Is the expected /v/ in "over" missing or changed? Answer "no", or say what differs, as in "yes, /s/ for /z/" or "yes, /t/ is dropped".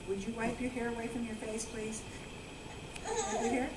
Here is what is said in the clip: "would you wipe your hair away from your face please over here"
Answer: yes, /p/ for /v/